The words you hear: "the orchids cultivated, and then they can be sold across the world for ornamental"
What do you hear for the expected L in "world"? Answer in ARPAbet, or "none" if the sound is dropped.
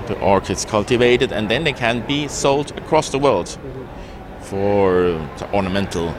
L